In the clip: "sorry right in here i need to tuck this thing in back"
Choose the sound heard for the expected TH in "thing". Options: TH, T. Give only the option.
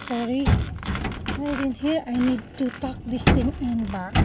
T